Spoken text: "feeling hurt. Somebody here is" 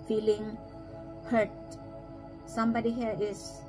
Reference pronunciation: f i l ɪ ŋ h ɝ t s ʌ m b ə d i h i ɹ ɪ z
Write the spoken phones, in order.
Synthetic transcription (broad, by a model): f i l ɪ ŋ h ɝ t s ʌ m b ə d i h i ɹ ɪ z